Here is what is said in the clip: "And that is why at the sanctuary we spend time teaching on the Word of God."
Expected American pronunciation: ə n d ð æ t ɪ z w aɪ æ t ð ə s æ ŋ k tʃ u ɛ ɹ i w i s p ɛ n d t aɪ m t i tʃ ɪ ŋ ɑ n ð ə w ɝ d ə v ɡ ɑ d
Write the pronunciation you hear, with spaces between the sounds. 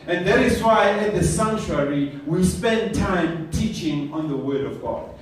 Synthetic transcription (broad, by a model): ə n ð æ t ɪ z w aɪ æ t ð ə s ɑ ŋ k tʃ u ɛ ɹ i w i s p ɛ n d t aɪ m t i tʃ ɪ ŋ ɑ n ð ə w ɝ d ə v ɡ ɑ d